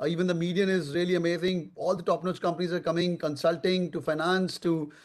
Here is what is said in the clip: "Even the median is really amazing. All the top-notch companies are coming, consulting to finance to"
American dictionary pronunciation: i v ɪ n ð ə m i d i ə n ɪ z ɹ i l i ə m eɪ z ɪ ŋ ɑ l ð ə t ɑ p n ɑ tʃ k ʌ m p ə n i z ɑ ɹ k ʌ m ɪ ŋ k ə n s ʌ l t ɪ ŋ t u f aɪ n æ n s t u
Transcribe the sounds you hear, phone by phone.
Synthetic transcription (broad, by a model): i v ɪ n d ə m i d i ə n ɪ z ɹ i l i ə m eɪ z ɪ ŋ ɑ l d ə t ɑ p n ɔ s k ʌ m p ə n i z ɑ ɹ k ʌ m ɪ ŋ k ə n s ʌ l t ɪ ŋ t u f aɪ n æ n s t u